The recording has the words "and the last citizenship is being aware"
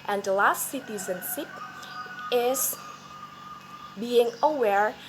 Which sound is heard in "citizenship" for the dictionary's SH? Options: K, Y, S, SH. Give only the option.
S